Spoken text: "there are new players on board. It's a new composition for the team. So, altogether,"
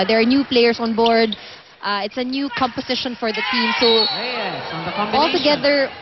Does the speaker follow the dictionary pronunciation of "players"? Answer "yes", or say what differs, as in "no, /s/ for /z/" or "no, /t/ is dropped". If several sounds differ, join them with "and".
no, /s/ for /z/